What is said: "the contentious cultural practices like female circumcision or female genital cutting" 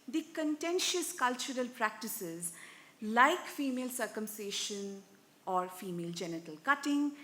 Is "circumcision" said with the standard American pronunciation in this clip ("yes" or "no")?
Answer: no